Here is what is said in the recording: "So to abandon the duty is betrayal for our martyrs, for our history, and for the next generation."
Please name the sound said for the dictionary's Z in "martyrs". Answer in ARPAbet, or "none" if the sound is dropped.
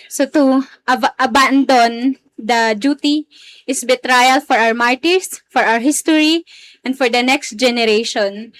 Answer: S